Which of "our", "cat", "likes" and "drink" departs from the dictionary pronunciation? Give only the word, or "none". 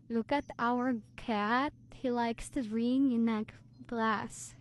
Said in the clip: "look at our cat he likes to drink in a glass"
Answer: drink